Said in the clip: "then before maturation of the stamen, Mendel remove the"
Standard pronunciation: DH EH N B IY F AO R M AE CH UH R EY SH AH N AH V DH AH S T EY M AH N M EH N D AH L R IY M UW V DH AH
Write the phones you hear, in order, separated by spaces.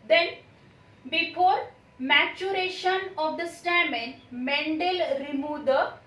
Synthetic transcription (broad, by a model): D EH N B IY F AO R M AE CH UH R EY SH AH N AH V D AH S T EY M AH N M EH N D AH L R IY M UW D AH